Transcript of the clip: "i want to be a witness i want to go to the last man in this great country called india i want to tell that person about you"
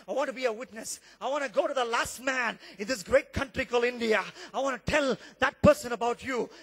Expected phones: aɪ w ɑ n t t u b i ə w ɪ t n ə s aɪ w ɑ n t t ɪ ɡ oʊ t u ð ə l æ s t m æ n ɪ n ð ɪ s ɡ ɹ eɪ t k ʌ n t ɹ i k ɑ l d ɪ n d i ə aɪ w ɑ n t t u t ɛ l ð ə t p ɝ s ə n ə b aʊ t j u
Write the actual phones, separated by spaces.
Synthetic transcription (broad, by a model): aɪ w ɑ n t t u b i ə w ɪ t n ə s aɪ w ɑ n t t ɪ ɡ oʊ t u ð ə l æ s t m æ n ɪ n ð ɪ s ɡ ɹ eɪ t k ʌ n t ɹ i k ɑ l ɪ n d i ə aɪ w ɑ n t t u t ɛ l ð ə t p ɝ s ə n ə b aʊ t j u